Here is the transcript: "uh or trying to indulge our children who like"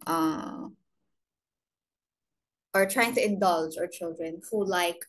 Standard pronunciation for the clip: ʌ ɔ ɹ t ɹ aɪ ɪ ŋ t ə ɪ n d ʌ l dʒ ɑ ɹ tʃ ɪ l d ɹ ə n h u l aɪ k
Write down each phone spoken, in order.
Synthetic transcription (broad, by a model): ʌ ɔ ɹ t ɹ aɪ ɪ ŋ t ə ɪ n d ʌ l dʒ ɑ ɹ tʃ ɪ l d ɹ ə n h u l aɪ k